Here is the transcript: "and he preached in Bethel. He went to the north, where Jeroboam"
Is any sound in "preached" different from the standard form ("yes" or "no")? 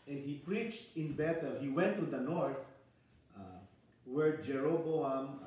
no